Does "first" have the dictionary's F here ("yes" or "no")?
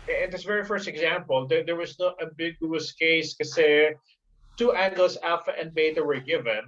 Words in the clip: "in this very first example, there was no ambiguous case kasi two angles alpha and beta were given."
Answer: yes